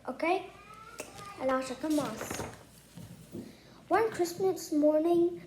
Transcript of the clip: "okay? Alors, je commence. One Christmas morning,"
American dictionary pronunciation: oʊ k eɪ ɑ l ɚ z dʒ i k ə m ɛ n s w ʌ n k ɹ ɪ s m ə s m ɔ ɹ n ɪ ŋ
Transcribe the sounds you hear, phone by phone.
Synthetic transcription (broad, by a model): oʊ k eɪ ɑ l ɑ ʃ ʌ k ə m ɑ s w ʌ n k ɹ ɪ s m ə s m ɔ ɹ n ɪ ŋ